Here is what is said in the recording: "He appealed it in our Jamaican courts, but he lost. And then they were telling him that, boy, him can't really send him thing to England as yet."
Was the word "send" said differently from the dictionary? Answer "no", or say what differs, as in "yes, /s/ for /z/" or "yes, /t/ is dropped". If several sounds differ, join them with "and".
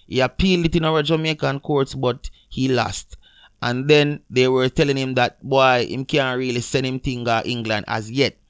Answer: yes, /d/ is dropped